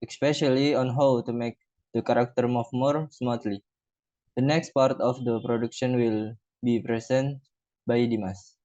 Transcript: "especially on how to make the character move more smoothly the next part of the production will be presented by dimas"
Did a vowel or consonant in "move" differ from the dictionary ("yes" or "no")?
yes